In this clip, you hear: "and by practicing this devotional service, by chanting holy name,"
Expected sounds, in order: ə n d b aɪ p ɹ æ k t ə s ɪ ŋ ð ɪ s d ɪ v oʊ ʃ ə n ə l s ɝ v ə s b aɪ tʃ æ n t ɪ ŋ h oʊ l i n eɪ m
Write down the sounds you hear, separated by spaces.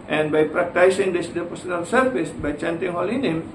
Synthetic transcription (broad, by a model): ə n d b aɪ p ɹ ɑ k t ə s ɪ ŋ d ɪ s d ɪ p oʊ s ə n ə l s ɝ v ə s b aɪ tʃ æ n t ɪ ŋ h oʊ l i n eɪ m